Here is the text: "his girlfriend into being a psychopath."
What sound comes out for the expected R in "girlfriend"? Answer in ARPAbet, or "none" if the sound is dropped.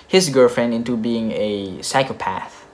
R